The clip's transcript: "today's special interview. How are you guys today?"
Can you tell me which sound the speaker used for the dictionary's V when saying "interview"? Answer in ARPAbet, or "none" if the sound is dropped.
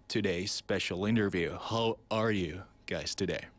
V